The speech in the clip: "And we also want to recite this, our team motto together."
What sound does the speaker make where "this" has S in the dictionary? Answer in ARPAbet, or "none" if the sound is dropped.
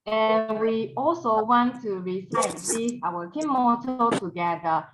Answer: none